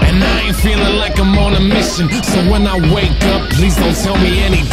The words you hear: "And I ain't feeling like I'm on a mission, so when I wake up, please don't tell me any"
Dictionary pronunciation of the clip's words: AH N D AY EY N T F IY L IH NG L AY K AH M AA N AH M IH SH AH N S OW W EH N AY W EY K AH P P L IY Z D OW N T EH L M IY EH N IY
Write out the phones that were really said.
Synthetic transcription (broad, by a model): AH N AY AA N F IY L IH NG L AY K AH M AA N AH M IH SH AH N S OW W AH N AY W EY K AH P P L IY Z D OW N T EH L M IY EH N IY